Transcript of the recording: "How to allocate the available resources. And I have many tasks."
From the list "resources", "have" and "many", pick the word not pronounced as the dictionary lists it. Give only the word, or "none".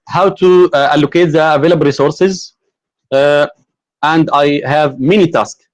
none